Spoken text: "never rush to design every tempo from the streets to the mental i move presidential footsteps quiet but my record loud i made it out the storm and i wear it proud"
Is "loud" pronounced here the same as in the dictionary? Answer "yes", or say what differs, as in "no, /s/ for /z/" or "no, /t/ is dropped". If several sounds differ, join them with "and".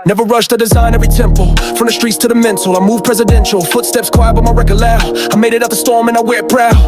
no, /d/ is dropped